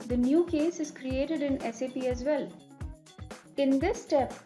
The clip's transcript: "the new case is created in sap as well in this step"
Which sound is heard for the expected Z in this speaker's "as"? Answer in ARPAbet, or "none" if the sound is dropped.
Z